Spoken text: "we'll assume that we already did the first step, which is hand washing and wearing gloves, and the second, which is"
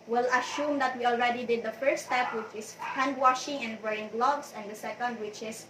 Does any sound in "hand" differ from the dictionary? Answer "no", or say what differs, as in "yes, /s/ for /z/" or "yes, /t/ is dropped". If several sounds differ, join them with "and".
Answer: no